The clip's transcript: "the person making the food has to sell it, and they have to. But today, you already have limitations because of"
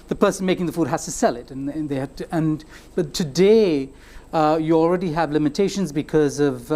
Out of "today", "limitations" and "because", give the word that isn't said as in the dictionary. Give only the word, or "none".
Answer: none